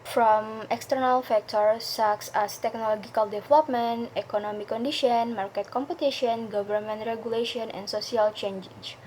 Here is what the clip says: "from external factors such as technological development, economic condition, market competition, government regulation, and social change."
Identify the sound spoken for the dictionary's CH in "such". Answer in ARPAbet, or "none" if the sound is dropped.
S